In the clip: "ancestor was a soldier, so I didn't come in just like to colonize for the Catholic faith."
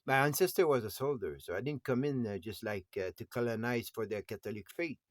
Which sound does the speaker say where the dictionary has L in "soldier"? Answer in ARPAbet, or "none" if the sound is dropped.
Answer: L